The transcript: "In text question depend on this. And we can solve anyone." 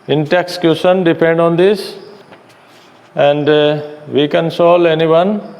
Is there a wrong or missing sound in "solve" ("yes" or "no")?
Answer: yes